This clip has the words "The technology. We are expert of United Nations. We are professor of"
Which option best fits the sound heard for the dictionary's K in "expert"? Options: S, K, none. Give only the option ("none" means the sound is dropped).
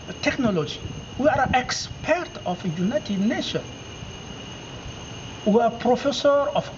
K